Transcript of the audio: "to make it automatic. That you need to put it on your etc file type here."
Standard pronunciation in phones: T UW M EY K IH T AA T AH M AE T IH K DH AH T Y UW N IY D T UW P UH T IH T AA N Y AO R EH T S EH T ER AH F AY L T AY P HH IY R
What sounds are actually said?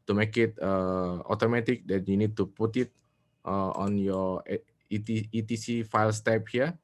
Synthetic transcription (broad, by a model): T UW M EY K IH T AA T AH M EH T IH K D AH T Y UW N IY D T UW P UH T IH T AA N Y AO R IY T IY T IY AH F AY L T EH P HH IY